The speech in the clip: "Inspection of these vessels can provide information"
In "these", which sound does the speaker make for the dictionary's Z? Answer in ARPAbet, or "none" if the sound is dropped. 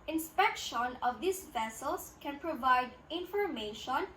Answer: S